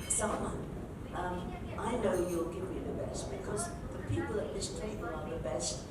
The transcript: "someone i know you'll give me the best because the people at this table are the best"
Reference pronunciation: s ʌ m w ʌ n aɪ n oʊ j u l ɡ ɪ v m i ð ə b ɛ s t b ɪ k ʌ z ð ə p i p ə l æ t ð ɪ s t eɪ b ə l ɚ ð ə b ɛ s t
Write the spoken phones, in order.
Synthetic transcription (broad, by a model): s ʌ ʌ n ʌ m aɪ n oʊ j u l ɡ ɪ v m i ð ə b ɛ s t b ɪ k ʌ z ð ə p i p ə l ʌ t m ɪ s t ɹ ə n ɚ ð ə b ɛ s t